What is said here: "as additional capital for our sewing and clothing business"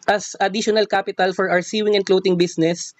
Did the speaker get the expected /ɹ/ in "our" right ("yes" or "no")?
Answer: no